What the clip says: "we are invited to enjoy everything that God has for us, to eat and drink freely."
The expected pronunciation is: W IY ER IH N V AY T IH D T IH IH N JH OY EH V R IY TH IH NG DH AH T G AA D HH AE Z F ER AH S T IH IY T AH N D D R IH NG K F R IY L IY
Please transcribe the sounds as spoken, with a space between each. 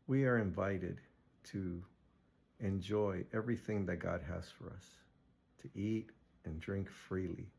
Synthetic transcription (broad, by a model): W IY ER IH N V AY T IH D T IH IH N JH OY EH V R IY TH IH NG DH AH T G AA D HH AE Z F ER AH S T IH IY T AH N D D R IH NG K F R IY L IY